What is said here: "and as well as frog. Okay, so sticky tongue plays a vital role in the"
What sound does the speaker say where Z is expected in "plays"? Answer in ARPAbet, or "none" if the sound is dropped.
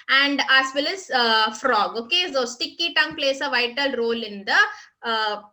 S